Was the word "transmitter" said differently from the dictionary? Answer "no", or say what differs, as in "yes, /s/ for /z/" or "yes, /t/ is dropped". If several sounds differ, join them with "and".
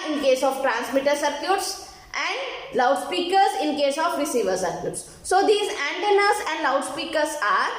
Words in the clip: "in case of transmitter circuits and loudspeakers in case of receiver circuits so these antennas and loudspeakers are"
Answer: no